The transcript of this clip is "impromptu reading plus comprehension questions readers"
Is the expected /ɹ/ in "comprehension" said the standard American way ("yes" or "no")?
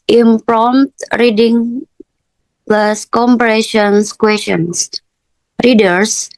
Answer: no